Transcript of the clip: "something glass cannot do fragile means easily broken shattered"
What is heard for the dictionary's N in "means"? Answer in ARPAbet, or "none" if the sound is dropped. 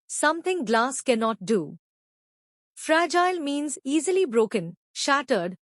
N